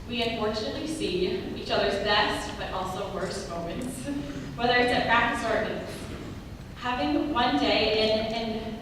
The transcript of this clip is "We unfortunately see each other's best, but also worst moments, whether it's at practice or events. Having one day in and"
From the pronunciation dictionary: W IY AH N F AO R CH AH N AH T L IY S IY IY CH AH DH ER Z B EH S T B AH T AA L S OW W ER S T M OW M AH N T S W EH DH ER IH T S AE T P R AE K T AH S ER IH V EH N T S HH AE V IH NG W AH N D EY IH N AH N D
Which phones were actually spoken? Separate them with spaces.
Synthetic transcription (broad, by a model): W IY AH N F AO R CH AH N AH T L IY S IY IY CH AH DH ER Z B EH S T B AH T AA L S OW W ER S T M OW M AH N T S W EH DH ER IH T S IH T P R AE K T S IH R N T HH AE V IH NG W AH N D EY IH N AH N